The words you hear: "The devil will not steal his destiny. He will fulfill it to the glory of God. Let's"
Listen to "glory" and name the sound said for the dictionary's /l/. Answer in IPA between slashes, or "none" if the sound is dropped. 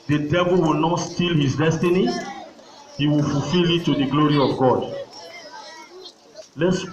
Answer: /l/